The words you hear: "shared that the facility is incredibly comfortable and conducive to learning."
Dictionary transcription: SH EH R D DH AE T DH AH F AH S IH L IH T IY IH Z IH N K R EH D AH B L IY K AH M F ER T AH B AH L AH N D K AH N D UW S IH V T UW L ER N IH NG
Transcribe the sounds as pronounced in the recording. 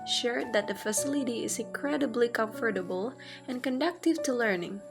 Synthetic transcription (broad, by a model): SH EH R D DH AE T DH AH F AH S IH L IH T IY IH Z IH N K R EH D AH B L IY K AH M F ER T AH B AH L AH N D K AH N D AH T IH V T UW L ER N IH NG